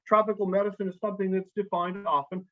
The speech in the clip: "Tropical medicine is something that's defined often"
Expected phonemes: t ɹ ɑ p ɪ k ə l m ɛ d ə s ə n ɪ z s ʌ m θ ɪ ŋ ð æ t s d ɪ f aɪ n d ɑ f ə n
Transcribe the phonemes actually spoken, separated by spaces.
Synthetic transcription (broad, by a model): t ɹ ɑ p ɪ k l m ɛ d ə s ə n ɪ z s ʌ m θ ɪ ŋ ð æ t s d ɪ f aɪ n d ɑ f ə n